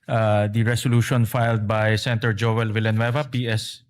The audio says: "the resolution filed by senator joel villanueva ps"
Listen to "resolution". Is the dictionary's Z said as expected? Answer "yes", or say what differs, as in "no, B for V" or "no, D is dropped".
no, S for Z